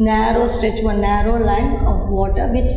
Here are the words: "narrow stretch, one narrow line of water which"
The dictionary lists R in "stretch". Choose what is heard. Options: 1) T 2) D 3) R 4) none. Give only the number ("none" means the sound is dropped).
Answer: 3